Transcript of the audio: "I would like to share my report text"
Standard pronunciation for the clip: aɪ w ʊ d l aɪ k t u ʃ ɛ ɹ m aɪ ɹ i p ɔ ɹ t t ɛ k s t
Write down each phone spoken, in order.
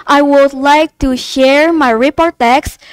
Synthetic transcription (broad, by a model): aɪ w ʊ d l aɪ k t u ʃ ɛ ɹ m aɪ ɹ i p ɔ ɹ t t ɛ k s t